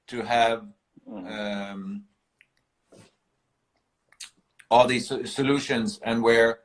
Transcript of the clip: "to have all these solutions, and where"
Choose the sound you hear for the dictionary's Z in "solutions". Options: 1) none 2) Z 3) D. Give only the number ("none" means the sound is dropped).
2